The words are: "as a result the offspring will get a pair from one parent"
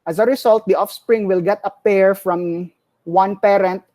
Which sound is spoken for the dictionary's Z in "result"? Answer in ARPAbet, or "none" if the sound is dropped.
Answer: S